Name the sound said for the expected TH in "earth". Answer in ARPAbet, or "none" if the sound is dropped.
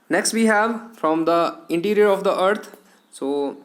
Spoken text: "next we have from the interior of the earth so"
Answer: T